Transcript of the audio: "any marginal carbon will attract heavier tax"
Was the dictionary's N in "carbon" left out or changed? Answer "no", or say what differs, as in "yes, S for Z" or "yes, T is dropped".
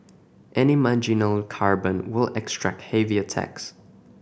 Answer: no